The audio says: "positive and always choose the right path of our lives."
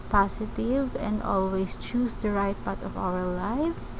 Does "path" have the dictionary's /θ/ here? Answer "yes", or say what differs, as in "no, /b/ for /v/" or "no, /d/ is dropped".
no, /t/ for /θ/